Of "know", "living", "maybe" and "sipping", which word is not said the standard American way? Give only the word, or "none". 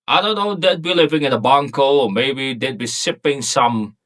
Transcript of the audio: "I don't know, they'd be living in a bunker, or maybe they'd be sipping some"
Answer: none